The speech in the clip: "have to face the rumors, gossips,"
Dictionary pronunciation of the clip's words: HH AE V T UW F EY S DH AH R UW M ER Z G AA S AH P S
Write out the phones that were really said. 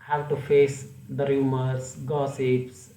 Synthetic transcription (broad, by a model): HH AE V T UW F EY S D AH R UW M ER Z G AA S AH P S